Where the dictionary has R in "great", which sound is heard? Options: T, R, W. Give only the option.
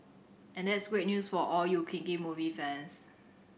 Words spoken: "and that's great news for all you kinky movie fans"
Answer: R